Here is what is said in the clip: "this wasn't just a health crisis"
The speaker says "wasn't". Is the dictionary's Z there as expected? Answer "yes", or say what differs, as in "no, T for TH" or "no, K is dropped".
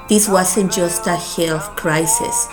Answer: no, S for Z